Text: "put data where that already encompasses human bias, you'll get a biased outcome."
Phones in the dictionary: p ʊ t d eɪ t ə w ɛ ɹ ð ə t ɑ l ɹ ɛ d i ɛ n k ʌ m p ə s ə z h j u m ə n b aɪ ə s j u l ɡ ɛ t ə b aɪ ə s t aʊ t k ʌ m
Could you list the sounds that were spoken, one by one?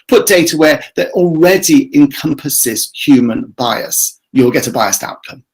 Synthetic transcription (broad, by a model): p ʊ t d eɪ t ə w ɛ ð ə t ɑ l ɹ ɛ d i ɛ n k ʌ m p ə s ə z h j u m ə n b aɪ ə s j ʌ l ɡ ɛ t ə b aɪ ə s t aʊ t k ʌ m